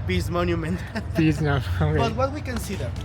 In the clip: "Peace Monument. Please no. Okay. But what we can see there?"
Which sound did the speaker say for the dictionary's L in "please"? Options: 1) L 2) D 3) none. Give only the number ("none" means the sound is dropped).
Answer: 3